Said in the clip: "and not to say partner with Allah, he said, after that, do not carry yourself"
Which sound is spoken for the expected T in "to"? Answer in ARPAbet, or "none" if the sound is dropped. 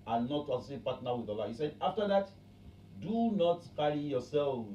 S